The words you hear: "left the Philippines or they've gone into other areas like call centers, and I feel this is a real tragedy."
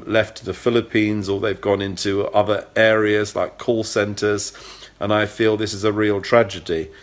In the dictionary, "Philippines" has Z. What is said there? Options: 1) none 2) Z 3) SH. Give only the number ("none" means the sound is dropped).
2